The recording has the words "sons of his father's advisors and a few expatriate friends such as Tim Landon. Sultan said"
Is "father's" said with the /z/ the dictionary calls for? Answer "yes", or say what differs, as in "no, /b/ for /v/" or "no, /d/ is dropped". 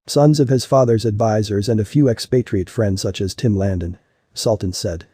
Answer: yes